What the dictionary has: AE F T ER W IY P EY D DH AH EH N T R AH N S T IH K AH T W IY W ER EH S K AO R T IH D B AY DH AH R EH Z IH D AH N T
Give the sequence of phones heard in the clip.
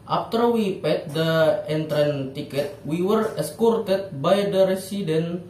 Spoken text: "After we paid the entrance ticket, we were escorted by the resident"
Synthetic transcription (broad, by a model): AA F T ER W IY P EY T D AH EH N T R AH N T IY K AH T W IY W ER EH S K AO R T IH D B AY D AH R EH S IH D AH N